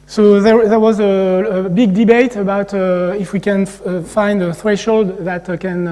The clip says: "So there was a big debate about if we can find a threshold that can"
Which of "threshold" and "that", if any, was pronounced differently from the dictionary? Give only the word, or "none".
none